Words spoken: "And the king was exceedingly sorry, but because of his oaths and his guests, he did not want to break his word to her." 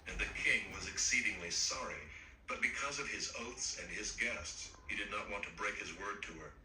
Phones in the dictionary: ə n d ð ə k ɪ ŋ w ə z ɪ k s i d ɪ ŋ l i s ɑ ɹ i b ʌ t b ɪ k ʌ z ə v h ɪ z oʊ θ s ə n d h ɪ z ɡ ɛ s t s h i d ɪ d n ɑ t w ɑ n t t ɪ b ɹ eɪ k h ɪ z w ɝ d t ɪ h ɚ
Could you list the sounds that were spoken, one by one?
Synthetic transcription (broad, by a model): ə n ð ə k ɪ ŋ w ə z ɪ k s i d ɪ ŋ l i s ɑ ɹ i b ʌ t b ɪ k ʌ z ə v ɪ z oʊ θ s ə n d ɪ z ɡ ɛ s t s h i d ɪ d n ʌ t w ɑ n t t ɪ b ɹ eɪ k h ɪ z w ɝ d t ɪ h ɚ